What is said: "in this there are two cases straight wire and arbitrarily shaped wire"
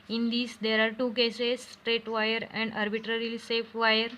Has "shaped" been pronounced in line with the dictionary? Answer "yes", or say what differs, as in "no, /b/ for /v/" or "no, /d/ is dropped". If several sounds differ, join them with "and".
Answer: no, /s/ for /ʃ/